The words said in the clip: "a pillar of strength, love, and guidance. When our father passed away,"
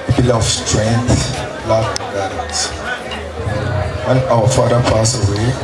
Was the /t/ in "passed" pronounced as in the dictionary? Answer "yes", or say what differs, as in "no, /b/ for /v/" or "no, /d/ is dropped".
no, /t/ is dropped